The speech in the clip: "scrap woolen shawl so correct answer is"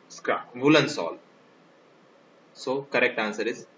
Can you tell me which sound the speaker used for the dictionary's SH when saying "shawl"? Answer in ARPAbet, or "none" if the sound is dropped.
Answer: S